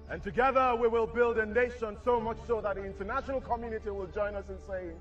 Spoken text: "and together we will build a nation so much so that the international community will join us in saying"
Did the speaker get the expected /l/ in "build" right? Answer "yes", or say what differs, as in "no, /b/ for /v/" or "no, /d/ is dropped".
yes